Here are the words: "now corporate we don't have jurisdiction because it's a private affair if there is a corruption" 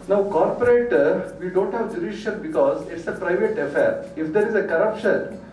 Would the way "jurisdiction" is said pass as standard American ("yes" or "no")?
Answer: no